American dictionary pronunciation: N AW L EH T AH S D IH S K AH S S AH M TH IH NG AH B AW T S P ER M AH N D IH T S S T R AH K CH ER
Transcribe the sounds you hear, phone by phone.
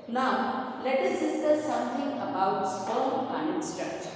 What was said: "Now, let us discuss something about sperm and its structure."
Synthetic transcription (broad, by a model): N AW L EH T AH S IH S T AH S S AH M T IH NG AH B AW T S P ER AH N D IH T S S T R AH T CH